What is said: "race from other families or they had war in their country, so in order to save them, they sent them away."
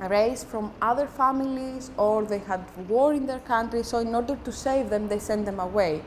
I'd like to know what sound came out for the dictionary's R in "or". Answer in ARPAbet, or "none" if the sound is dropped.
R